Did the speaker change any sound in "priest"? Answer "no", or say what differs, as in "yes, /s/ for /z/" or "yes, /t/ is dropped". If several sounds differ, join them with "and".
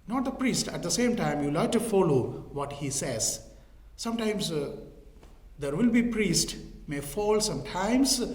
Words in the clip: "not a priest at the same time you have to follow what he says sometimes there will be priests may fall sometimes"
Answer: no